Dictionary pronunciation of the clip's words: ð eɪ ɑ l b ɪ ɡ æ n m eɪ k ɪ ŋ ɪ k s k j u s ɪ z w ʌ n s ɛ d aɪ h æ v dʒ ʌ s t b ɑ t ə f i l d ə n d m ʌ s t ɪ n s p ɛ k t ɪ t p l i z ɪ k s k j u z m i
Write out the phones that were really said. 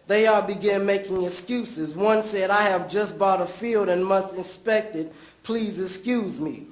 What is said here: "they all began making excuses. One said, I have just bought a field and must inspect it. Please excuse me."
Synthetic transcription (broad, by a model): ð eɪ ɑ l b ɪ ɡ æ n m eɪ k ɪ ŋ ɪ k s k j u s ɪ z w ʌ n s ɛ d aɪ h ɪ v dʒ ʌ s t b ɑ t ə f i l d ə n m ʌ s t ɪ n s p ɛ k t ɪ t p l i z ɪ k s k j u z m i